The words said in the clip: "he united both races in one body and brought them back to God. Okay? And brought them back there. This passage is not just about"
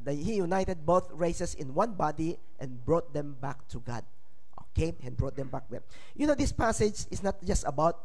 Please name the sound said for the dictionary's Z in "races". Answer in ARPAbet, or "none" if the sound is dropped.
S